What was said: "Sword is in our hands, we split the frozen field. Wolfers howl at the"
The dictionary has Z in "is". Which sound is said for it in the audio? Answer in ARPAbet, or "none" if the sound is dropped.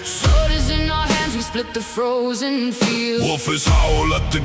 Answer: Z